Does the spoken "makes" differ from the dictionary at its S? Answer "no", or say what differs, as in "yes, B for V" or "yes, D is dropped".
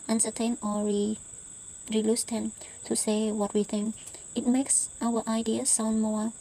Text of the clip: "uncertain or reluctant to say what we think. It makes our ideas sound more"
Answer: no